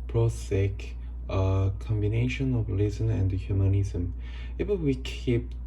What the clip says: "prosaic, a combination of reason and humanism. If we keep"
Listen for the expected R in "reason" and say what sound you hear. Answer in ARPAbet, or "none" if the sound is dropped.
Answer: L